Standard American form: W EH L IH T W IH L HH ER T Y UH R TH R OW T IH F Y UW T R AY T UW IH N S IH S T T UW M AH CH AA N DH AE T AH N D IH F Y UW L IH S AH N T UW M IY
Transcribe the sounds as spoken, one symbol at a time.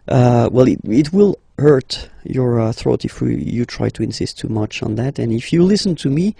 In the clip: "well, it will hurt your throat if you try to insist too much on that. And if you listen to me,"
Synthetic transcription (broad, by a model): W EH L IH T W IH L HH ER T Y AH R TH R OW T IH F Y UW T R AY T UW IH N S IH S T T UW M AH CH N DH AE T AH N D IH F Y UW L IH S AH N T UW M IY